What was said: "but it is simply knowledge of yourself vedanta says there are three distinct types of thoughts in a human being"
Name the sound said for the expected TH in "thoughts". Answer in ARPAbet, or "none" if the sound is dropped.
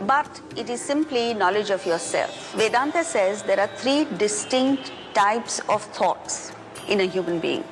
T